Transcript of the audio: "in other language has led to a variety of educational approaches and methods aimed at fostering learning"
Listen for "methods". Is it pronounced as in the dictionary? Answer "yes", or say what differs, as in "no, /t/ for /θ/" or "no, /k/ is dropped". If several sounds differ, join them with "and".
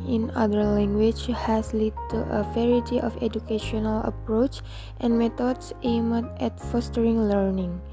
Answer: no, /t/ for /θ/ and /s/ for /z/